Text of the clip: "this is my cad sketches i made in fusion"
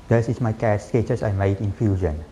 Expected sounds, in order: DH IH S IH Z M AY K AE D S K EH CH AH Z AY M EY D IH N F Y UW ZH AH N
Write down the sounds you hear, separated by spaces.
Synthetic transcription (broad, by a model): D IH S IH S M AY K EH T S K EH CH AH S AY M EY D IH N F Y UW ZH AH N